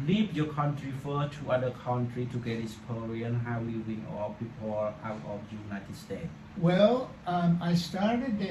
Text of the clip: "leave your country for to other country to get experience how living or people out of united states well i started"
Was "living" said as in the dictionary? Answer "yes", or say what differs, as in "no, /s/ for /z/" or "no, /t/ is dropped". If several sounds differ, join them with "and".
no, /w/ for /l/ and /w/ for /v/